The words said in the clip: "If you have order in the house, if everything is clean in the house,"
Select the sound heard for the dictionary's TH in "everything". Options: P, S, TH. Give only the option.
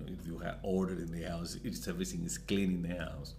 S